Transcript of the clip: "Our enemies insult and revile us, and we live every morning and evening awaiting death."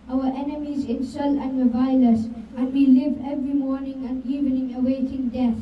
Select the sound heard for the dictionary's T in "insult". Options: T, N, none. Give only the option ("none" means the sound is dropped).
none